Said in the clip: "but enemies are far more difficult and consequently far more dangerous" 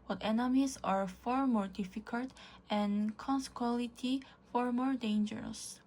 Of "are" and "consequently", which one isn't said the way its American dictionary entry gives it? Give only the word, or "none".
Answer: consequently